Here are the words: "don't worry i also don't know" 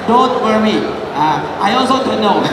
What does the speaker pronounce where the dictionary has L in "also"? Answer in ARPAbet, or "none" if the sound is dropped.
L